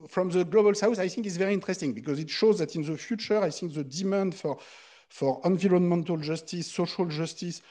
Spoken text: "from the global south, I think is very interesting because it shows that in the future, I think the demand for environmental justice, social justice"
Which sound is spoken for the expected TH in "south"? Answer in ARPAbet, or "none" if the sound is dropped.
S